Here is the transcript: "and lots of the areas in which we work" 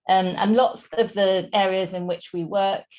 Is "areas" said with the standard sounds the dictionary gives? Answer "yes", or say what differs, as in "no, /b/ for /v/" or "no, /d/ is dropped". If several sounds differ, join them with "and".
yes